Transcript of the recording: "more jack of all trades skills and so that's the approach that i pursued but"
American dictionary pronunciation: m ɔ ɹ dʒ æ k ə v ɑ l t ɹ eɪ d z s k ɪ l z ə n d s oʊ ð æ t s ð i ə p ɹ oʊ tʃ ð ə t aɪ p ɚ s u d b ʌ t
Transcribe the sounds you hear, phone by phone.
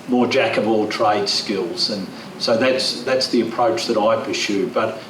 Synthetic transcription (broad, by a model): m ɔ ɹ dʒ æ k ə v ɑ l t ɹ eɪ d s k ɪ l z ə n s oʊ ð æ t s ð i ə p ɹ oʊ tʃ ð ə t aɪ p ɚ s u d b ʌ t